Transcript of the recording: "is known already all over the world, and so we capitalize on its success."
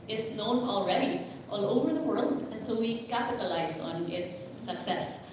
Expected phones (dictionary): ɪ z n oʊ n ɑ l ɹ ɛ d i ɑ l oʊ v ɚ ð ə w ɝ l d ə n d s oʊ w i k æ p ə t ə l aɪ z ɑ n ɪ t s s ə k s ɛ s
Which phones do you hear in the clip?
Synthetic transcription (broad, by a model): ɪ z n oʊ n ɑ l ɹ ɛ d i ɑ l oʊ v ɚ ð ə w ɝ l d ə n s oʊ w i k æ p ə t ə l aɪ z n ɪ t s s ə k s ɛ s